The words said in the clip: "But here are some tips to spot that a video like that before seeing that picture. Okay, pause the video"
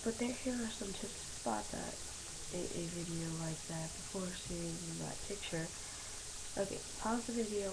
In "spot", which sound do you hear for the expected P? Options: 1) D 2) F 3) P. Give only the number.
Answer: 3